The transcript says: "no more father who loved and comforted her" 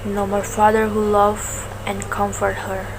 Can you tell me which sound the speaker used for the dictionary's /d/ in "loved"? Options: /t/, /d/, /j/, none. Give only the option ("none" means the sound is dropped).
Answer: none